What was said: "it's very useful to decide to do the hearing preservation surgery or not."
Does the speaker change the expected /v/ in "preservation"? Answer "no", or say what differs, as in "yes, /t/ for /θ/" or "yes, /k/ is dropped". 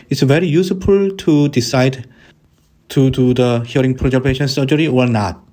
yes, /p/ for /v/